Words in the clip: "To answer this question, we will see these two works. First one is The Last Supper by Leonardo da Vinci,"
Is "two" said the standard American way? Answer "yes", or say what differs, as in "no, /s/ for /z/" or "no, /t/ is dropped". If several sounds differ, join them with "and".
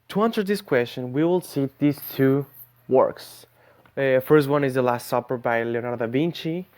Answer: yes